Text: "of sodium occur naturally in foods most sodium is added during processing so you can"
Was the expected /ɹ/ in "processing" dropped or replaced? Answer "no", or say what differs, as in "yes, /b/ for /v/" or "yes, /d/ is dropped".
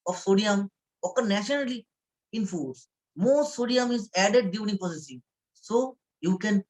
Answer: yes, /ɹ/ is dropped